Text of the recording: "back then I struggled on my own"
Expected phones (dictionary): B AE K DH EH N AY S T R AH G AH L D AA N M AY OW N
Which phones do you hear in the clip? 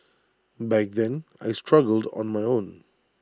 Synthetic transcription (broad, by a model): B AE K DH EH N AY S T R AH G AH L D AA N M AY OW N